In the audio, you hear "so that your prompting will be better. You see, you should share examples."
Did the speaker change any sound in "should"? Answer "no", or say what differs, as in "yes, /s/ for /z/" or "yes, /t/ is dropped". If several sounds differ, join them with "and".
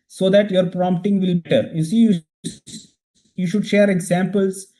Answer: no